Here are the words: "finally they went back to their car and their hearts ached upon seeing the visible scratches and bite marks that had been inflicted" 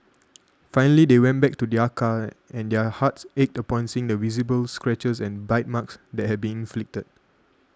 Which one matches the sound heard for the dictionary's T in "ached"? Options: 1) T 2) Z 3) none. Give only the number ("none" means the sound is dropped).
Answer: 1